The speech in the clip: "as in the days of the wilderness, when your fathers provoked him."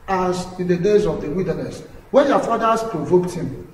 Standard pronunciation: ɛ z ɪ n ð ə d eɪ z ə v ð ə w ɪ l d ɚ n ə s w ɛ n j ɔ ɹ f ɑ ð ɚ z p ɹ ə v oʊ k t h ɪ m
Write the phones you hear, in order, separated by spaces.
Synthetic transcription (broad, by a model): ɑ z ɪ n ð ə d eɪ z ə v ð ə w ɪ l d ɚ n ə s w ɛ n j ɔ f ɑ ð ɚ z p ɹ ə v oʊ k t h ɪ m